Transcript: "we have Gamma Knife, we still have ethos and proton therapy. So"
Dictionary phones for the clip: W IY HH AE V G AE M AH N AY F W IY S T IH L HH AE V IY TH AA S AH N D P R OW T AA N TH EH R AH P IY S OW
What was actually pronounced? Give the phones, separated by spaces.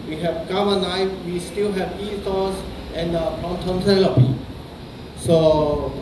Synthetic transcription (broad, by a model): W IY HH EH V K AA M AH N AY F W IY S T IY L HH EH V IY T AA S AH N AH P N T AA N T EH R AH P IY S OW